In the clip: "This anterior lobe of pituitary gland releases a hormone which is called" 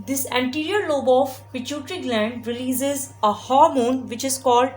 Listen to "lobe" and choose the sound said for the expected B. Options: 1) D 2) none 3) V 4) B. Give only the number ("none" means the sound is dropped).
4